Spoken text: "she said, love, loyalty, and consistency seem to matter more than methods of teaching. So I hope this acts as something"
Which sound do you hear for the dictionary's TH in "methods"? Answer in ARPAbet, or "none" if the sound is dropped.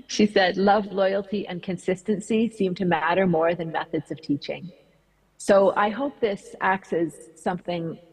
TH